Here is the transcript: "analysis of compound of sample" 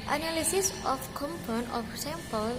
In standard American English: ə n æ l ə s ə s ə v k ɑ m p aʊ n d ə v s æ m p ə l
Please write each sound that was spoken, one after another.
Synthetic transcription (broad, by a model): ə n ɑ l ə s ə s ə f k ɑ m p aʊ n ə f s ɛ m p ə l